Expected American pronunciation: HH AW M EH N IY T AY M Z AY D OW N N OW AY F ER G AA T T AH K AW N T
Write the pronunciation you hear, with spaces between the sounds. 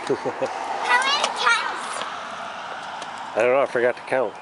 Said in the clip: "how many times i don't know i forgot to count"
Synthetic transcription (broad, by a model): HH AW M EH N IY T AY Z AY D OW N N OW AY F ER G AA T T AH K AW N T